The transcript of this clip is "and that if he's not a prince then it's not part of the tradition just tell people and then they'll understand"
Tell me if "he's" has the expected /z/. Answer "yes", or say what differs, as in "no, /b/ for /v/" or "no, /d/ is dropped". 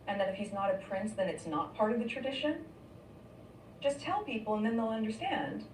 yes